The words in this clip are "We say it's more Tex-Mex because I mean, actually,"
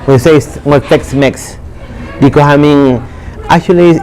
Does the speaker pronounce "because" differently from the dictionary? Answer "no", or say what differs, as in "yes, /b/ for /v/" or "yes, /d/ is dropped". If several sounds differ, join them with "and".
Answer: yes, /s/ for /z/